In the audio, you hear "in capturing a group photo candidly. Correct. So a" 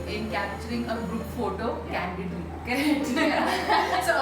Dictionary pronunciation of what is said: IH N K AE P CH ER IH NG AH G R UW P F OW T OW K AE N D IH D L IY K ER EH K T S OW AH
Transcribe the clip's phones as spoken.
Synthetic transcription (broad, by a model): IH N K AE P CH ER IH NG AH G R UW P F OW T OW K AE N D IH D IY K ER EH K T S OW